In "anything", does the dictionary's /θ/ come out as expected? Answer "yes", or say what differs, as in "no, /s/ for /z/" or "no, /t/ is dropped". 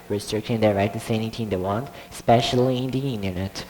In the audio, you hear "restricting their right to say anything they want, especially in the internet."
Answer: no, /t/ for /θ/